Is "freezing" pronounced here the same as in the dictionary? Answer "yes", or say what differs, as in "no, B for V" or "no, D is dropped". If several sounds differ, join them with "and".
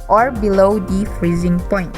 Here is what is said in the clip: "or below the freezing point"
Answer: yes